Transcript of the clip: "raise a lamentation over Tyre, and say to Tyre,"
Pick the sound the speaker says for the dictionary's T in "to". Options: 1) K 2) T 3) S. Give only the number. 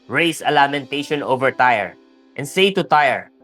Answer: 2